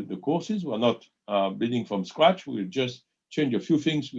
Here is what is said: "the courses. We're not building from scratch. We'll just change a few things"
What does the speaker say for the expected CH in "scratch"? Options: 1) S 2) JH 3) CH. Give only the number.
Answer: 3